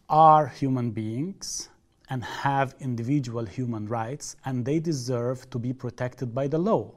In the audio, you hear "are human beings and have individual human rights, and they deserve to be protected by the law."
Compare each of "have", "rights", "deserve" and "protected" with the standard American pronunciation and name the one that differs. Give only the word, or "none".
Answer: none